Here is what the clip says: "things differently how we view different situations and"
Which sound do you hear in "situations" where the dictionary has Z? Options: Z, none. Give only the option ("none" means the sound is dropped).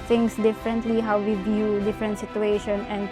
none